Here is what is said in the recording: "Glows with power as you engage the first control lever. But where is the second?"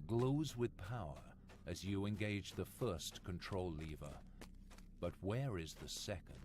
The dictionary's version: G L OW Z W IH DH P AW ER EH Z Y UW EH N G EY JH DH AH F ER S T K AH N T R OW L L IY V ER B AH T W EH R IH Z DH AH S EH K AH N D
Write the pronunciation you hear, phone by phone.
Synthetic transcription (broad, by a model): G L OW Z W IH DH P AW ER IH Z Y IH EH N G EY JH DH AH F ER S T K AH N T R OW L L IY V ER B AH T W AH R IH Z DH AH S EH K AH N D